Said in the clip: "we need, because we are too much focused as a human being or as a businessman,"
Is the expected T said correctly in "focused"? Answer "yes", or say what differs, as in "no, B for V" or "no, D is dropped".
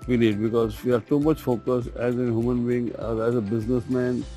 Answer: no, T is dropped